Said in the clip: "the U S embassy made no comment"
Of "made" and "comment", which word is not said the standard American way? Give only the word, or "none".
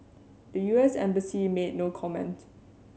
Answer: none